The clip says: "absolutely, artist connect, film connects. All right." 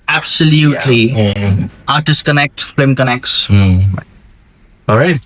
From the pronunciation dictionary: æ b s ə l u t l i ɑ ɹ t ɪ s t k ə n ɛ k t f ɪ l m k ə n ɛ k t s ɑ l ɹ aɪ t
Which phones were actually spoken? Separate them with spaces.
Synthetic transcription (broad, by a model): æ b s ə l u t l i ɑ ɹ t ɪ s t k ə n ɛ k t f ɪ m k ə n ɛ k t s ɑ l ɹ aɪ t